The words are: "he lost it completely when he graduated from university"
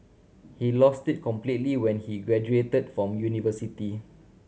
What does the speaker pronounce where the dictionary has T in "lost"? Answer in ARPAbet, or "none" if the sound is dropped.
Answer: T